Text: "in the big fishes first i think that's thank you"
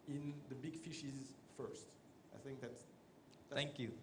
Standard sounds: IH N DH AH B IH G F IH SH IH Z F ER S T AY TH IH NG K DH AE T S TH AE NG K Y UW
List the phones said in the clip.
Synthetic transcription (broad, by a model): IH N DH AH B IH G F IH SH IH Z F ER S T AY TH IH NG K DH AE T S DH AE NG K Y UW